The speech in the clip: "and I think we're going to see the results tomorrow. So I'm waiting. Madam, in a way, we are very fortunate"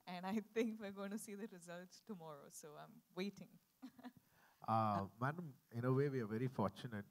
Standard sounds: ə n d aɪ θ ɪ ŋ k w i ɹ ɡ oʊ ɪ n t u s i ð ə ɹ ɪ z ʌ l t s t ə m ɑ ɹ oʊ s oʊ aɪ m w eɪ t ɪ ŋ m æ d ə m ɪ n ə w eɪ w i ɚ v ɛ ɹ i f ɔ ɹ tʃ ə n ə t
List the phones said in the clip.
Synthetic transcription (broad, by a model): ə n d aɪ t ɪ ŋ k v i ɹ ɡ oʊ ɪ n t u s i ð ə ɹ ɪ z ʌ l t s t ə m ɑ ɹ oʊ s oʊ aɪ m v eɪ t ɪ ŋ m æ d ə m ɪ n ə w eɪ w i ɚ v ɛ ɹ i f ɔ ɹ tʃ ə n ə t